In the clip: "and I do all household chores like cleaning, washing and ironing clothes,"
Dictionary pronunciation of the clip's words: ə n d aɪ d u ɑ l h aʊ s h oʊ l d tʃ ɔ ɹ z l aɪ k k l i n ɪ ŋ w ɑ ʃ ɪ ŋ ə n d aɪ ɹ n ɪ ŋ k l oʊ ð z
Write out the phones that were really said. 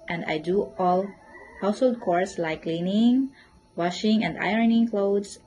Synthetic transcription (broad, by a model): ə n d aɪ d u ɑ l h aʊ s h oʊ l d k ɔ ɹ s l aɪ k k l i n ɪ ŋ w ɑ ʃ ɪ ŋ ə n d aɪ ɹ n ɪ ŋ k l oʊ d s